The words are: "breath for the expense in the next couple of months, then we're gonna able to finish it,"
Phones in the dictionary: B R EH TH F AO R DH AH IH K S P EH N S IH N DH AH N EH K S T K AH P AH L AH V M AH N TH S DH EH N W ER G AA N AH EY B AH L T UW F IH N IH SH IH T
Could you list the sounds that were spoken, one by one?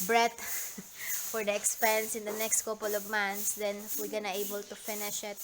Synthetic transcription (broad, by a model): B R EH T F AO R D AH IH K S P EH N S IH N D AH N EH K S T K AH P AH L AH V M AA N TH S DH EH N W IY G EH N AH EY B AH L T UW F IH N IH SH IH T